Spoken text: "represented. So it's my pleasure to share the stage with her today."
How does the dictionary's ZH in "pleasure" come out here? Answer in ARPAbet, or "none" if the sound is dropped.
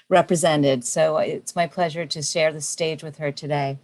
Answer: ZH